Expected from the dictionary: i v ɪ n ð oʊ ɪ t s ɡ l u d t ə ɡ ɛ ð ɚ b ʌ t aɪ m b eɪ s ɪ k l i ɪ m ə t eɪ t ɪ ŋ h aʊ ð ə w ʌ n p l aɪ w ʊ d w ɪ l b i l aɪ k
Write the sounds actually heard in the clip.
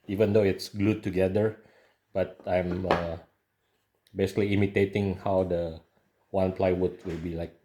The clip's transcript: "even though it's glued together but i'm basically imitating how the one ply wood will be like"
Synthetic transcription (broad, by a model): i v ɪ n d oʊ ɪ t s ɡ l u d t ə ɡ ɛ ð ɚ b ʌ t aɪ m b eɪ s ɪ k l i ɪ m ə t eɪ t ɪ ŋ h aʊ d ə w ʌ n p l aɪ w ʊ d w ɪ l b i l aɪ k